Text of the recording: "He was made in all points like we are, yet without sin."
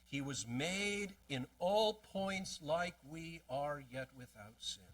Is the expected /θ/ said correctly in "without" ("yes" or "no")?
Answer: yes